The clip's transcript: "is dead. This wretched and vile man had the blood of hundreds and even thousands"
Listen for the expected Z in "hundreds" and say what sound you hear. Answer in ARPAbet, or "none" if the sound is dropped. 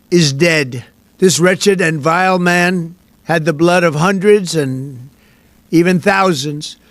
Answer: Z